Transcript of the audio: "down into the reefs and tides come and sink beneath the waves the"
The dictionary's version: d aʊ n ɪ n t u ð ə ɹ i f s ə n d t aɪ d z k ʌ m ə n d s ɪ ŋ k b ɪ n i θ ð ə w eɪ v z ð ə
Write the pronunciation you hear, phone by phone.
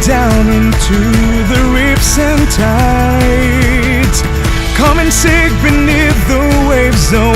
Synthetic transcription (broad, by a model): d aʊ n ɪ n t u ð ə ɹ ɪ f s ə n t aɪ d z k ʌ m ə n s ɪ k b ɪ n i θ ð ə w eɪ v z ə